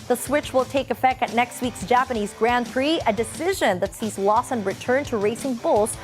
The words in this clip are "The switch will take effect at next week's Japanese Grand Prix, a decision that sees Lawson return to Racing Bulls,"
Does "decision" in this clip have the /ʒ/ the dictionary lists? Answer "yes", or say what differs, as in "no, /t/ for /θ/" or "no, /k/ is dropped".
yes